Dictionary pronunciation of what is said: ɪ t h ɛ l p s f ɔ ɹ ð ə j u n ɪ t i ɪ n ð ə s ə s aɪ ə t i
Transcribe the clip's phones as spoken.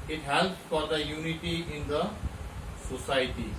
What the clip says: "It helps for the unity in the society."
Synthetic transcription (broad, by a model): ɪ t h ɛ l p s f ɔ ɹ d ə j u n ɪ t i ɪ n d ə s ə s aɪ t i